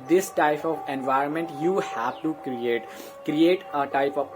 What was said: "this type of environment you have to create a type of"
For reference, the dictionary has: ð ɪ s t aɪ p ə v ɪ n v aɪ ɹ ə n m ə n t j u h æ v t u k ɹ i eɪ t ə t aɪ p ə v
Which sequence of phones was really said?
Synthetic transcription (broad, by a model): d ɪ s t aɪ p ə v ɪ n v aɪ ɹ ə n m ə n t j u h æ v t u k ɹ i eɪ t ə t aɪ p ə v